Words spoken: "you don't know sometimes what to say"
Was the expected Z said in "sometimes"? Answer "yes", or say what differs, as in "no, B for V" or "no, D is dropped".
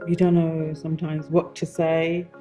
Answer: yes